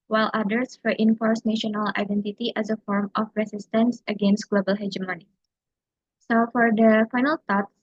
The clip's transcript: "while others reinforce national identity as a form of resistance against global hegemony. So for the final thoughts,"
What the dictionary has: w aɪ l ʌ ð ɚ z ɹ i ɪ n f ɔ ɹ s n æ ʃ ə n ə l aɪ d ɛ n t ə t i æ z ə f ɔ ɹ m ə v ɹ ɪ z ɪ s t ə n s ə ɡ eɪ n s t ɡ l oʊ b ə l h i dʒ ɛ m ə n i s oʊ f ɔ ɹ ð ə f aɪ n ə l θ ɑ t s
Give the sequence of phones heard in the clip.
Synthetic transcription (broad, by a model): w aɪ l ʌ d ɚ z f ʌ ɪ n f ɔ ɹ s n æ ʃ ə n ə l aɪ d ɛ n t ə t i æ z ə f ɔ ɹ m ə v ɹ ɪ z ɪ s t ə n s ə ɡ eɪ n s t ɡ l oʊ b ə l h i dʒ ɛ m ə n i s oʊ f ɔ ɹ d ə f aɪ n ə l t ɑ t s